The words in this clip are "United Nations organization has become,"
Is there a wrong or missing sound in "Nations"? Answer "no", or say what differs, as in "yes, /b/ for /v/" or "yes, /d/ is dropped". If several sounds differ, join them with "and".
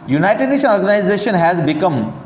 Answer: yes, /z/ is dropped